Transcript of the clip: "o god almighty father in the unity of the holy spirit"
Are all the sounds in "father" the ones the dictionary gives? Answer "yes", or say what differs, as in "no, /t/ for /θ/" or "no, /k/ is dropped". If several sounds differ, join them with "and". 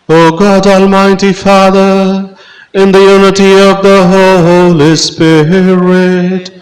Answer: yes